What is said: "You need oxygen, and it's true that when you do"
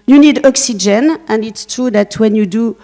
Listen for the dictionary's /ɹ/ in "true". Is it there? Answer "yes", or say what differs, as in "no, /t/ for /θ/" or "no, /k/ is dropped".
no, /ɹ/ is dropped